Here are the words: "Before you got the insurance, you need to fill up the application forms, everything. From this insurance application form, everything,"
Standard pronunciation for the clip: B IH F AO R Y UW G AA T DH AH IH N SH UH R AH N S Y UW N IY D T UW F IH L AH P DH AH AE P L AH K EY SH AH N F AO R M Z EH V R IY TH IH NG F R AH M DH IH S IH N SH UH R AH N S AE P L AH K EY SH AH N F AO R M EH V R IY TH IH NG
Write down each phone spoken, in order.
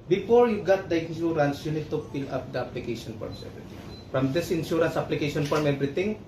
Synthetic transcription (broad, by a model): B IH F AO R Y UW G AA T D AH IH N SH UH R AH N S Y UW N IY D T UW P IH L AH P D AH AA P L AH K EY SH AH N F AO R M S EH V R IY T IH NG F R AH M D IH S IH N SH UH R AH N S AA P L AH K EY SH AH N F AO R M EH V R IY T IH NG